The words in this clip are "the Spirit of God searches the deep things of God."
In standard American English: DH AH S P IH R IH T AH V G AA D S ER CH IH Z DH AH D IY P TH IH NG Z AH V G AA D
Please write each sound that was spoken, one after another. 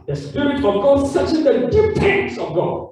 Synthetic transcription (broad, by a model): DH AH S P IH R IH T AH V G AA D S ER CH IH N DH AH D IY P T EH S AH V G AA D